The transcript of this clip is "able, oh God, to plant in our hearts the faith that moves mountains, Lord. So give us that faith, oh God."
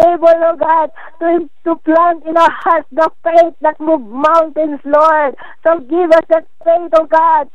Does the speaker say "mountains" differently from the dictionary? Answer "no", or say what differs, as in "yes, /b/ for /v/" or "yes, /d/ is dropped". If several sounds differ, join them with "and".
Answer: yes, /s/ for /z/